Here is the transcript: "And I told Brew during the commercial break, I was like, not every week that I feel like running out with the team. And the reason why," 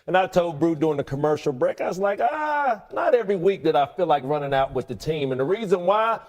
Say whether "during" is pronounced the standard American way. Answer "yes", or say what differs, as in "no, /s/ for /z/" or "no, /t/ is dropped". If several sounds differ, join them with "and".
no, /ɹ/ is dropped